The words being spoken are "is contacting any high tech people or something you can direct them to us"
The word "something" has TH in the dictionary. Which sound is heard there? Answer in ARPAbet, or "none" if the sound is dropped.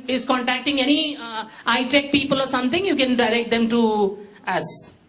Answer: T